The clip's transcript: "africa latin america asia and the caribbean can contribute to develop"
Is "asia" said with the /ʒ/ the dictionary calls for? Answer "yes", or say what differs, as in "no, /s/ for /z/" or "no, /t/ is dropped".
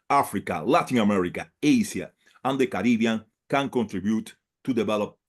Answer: no, /s/ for /ʒ/